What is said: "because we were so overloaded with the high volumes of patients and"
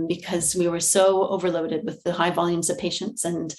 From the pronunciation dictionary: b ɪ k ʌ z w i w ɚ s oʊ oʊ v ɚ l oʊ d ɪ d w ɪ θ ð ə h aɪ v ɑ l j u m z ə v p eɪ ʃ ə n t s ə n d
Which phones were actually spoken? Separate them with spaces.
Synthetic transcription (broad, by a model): b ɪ k ʌ z w i w ɚ s oʊ oʊ v ɚ l oʊ d ɪ d w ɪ ð ə h aɪ v ɑ l j u m z ə v p eɪ ʃ ə n t s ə n